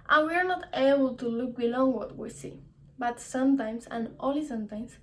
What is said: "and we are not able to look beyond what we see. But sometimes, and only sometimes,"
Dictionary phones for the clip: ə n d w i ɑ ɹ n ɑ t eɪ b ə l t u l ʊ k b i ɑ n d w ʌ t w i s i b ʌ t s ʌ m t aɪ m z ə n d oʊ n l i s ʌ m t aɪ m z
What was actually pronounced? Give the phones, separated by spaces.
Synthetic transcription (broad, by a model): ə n w i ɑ ɹ n ɑ t eɪ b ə l t u l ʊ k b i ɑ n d w ʌ t w i s i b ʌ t s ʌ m t aɪ m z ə n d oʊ l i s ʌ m t aɪ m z